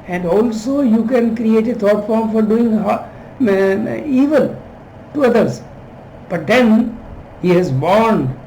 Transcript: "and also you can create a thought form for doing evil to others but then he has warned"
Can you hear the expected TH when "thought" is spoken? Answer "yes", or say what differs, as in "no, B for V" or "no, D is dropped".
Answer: no, T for TH